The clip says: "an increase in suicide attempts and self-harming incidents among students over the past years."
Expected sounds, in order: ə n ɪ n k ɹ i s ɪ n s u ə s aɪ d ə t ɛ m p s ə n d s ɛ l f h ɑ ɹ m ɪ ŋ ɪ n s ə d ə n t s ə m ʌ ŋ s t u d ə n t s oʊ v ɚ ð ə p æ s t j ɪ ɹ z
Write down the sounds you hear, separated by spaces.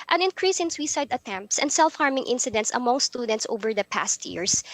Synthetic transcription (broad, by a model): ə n ɪ n k ɹ i s ɪ n s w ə s aɪ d ə t ɛ m p s ə n d s ɛ l f h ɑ ɹ m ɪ ŋ ɪ n s ə d ə n t s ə m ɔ ŋ s t u d ə n t s oʊ v ɚ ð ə p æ s t j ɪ ɹ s